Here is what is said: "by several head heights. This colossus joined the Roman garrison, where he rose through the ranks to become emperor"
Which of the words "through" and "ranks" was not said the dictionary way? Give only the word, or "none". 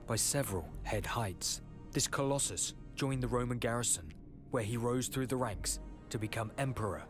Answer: none